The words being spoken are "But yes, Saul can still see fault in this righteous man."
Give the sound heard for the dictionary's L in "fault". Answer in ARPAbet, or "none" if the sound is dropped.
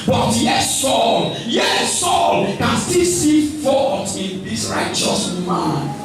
none